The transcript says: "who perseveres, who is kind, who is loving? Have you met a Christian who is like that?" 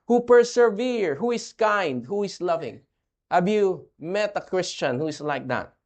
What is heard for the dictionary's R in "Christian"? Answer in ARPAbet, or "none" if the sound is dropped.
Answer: R